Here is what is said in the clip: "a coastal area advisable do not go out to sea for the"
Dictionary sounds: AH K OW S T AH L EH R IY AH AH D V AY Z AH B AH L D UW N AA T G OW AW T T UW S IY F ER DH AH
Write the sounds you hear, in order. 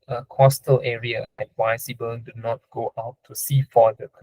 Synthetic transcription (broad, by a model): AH K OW S T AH L EH R IY AH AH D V AY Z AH B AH N D UW N AA T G OW AW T T UW S IY F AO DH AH